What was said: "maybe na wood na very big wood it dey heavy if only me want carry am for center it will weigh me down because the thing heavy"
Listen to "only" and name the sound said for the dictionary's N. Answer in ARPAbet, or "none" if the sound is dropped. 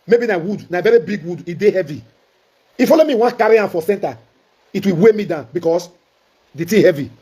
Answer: none